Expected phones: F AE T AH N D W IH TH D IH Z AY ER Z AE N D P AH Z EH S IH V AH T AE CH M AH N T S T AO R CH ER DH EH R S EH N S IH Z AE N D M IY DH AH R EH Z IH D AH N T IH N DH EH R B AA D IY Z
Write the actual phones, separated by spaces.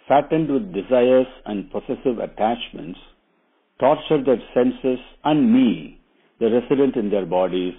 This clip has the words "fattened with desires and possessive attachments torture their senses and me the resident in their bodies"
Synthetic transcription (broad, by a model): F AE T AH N D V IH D D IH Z AY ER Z AE N D P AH S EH S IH V AH T AE CH M AH N T S T AO R CH ER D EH R S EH N S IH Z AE N D M IY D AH R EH S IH D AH N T IH N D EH R B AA D IY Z